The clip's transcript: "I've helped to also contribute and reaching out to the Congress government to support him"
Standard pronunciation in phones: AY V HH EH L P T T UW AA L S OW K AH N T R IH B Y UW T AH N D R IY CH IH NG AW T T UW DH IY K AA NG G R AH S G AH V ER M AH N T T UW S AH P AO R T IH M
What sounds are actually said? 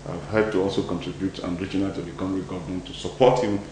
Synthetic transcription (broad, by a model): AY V HH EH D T T UW AA L S OW K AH N T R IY B Y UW T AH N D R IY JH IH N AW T T UW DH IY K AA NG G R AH G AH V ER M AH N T T UW S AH P AO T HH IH M